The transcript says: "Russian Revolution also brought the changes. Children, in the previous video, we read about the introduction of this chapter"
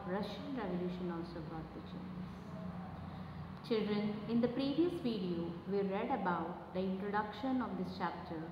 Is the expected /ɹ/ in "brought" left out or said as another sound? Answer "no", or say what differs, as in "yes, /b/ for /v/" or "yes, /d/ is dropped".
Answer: yes, /ɹ/ is dropped